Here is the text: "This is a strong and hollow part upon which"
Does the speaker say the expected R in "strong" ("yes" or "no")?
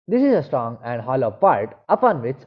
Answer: yes